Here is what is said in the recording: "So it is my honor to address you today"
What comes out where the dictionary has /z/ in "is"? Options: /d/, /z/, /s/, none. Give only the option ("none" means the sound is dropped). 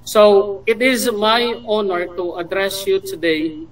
/z/